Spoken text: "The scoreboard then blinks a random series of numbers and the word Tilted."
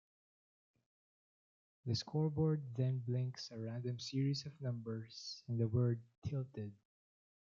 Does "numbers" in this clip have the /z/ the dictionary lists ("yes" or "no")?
no